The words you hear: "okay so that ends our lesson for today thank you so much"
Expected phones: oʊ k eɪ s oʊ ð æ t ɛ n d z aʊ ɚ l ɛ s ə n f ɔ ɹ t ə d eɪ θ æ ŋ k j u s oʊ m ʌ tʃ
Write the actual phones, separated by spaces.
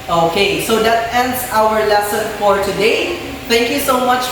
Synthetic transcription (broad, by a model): oʊ k eɪ s oʊ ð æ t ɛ n d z aʊ ɚ l ɛ s ə n f ɔ ɹ t ə d eɪ t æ ŋ k j u s oʊ m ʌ tʃ